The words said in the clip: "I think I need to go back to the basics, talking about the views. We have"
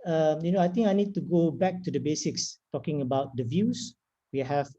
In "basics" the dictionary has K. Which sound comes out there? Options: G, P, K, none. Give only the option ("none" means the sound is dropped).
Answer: K